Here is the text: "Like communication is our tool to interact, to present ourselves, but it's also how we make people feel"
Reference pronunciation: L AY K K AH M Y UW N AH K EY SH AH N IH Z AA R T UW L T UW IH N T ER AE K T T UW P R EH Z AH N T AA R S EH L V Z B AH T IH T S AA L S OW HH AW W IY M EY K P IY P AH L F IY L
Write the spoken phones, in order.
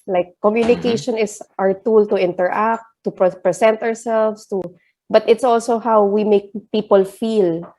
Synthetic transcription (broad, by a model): L AY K K AH M Y UW N AH K EY SH AH N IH S AA R T UW L T UW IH N T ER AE K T T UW P R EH S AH N T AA R S EH L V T B AH T IH T S AA L S OW HH AW W IY M EY K P IY P AH L F IY L